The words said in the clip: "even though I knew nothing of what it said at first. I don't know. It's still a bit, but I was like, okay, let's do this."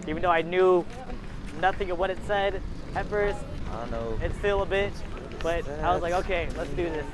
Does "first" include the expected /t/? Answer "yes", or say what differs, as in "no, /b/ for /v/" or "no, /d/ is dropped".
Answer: yes